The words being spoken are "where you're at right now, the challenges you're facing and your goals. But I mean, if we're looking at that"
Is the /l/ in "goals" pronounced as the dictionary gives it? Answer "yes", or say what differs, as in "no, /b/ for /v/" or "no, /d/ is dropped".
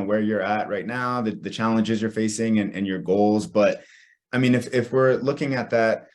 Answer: yes